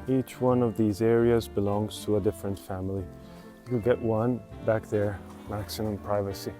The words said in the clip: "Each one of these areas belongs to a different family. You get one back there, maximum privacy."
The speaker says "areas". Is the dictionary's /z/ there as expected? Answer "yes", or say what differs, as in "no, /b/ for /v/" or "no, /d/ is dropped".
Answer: yes